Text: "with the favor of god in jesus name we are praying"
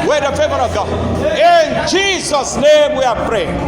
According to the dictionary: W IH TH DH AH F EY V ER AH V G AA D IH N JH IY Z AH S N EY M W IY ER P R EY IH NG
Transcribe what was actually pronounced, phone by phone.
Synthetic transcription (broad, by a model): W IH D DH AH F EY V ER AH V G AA IH N JH IY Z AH S N EY M W IY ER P R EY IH